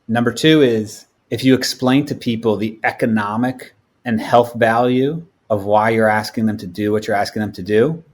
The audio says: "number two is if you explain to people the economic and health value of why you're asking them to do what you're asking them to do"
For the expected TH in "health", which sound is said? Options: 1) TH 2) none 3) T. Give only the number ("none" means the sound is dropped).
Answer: 1